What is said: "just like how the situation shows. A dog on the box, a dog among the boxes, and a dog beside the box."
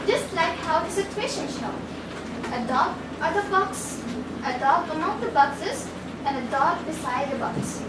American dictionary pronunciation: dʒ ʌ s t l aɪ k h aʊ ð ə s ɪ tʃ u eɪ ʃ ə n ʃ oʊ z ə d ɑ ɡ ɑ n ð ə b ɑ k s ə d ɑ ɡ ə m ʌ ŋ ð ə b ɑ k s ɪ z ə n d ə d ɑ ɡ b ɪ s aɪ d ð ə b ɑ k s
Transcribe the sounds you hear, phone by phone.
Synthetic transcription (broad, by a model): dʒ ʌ s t l aɪ k h aʊ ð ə s ɪ tʃ u eɪ ʃ ə n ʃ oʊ ə d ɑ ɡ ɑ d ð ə b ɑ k s ə d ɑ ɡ ə m ʌ ŋ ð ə b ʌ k s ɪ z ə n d ə d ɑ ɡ b ɪ s aɪ d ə b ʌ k s